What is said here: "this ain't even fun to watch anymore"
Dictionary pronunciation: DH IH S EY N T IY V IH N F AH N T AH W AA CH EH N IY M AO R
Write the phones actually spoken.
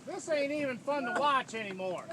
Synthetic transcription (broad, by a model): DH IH S EY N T IY V IH N F AH N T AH W AA CH EH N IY M AO R